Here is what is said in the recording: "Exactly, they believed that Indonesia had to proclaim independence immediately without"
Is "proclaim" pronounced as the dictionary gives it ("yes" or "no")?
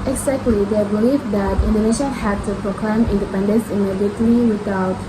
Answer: yes